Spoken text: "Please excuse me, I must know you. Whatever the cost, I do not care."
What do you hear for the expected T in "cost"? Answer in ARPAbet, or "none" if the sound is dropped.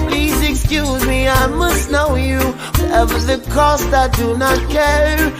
T